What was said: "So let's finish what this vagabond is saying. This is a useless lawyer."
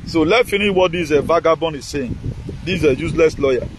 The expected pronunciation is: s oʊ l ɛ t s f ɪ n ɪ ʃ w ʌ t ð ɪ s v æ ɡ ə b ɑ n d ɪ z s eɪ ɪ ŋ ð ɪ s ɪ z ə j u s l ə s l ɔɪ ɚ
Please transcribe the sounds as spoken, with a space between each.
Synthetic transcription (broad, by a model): s oʊ l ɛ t f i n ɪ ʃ w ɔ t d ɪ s v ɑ ɡ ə b ɑ n ɪ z s eɪ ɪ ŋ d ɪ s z ə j u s l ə s l ɔɪ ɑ